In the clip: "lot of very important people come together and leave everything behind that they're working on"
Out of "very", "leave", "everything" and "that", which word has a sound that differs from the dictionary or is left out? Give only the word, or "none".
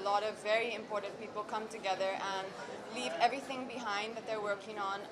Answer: none